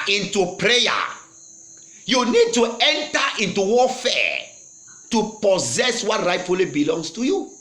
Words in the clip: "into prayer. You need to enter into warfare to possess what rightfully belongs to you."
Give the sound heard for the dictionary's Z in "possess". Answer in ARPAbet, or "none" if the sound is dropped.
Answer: Z